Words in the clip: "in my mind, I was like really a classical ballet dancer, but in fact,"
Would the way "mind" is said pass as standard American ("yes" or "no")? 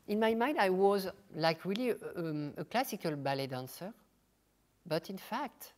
yes